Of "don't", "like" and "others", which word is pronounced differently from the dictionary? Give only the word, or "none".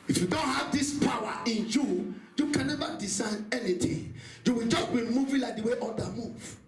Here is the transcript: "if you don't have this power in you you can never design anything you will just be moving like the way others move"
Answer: others